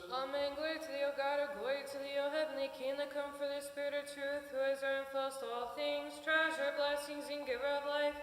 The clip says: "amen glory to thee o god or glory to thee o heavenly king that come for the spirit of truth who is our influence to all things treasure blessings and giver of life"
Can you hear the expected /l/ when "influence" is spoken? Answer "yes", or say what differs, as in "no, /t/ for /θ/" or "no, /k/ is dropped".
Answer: no, /l/ is dropped